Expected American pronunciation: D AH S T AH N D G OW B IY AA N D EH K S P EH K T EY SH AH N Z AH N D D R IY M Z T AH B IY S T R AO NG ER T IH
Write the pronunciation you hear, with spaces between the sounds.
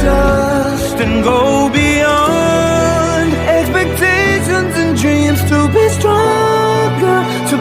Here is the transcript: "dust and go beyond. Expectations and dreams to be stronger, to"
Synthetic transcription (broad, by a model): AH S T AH N G OW B IY AA N D EH K S P EH K T EY SH AH N Z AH N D D R IY M Z T AH B IY S T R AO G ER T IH